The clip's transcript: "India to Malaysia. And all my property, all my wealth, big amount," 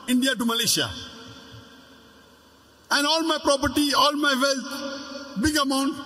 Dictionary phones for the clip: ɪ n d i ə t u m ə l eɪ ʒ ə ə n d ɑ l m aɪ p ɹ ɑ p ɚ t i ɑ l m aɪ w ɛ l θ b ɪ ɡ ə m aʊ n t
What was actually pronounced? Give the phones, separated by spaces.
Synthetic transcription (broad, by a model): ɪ n d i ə t u m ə l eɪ ʃ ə ə n d ɑ l m aɪ p ɹ ɑ p ɚ t i ɑ l m aɪ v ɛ l t b ɪ ɡ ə m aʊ n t